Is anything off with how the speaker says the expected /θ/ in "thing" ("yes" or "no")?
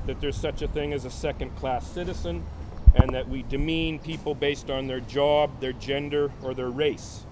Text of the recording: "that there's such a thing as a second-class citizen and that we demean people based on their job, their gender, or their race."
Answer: no